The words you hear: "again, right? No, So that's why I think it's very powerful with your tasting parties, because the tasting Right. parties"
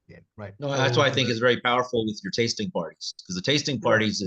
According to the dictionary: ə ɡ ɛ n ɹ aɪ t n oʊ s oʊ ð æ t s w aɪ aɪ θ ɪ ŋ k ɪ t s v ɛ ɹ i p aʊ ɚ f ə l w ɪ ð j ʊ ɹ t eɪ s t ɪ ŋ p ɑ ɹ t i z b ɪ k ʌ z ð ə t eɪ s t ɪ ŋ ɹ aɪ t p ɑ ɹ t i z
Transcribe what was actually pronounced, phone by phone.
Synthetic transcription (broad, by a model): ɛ ɹ aɪ t n oʊ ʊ ð æ t s w aɪ aɪ θ ɪ ŋ k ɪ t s v ɛ ɹ i p aʊ ɚ f l w ɪ ð j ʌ ɹ t eɪ s t ɪ ŋ p ɑ ɹ t i z k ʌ z ð ə t eɪ s t ɪ ŋ p ɑ ɹ t i z